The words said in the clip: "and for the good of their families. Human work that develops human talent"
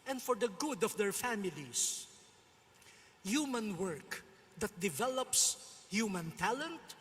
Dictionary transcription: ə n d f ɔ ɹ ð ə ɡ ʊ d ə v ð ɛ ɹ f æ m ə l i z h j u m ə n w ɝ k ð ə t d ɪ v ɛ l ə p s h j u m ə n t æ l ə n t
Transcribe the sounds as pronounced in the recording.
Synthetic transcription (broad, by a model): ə n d f ɔ ɹ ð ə ɡ ʊ d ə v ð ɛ ɹ f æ m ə l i s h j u m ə n w ɝ k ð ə t d ɪ v ɛ l ə p s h j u m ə n t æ l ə n t